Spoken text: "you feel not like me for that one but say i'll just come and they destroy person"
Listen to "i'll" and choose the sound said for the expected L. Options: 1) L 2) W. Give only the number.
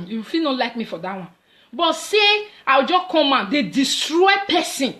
2